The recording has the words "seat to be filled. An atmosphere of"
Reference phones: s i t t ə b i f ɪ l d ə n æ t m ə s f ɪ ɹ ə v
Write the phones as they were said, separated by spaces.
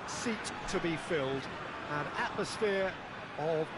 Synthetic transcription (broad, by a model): s i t t ə b i f ɪ l d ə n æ t m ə s f ɪ ɹ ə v